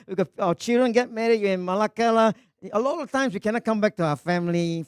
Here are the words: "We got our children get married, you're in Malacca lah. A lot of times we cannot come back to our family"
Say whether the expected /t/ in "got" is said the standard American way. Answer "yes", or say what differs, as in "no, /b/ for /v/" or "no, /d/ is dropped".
no, /t/ is dropped